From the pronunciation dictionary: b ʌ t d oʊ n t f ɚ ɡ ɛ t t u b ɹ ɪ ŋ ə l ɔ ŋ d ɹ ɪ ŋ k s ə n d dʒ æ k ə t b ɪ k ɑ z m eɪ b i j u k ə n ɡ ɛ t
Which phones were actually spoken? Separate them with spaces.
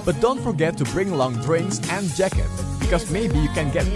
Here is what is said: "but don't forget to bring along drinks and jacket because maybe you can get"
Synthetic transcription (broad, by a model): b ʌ t d oʊ n t f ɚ ɡ ɛ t t u b ɹ ɪ ŋ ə l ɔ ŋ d ɹ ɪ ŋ s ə n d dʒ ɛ k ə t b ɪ k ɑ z m eɪ b i j u k ə n ɡ ɛ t